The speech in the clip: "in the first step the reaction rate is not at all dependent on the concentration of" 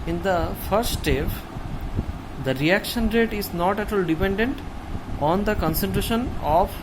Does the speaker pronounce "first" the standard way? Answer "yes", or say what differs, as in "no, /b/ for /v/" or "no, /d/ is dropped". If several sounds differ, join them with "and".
no, /s/ is dropped